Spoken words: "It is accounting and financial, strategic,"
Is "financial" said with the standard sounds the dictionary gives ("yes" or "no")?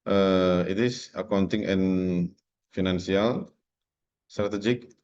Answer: no